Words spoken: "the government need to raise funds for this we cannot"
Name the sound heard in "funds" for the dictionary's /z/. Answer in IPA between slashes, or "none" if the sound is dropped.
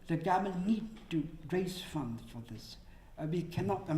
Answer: none